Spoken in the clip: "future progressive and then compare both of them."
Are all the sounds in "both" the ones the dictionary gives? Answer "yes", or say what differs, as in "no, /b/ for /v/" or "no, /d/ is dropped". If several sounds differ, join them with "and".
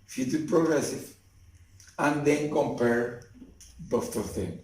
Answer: no, /t/ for /θ/